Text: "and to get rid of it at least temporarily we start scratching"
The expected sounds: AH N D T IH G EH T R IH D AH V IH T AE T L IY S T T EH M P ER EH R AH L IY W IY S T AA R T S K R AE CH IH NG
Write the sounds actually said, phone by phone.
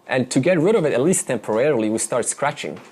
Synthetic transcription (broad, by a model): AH N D T IH G EH T R IH D AH V IH T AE T L IY S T T EH M P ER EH R L IY W IY S T AA R T S K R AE CH IH NG